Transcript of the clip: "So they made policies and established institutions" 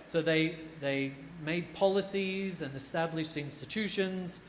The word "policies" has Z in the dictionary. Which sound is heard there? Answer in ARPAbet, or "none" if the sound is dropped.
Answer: Z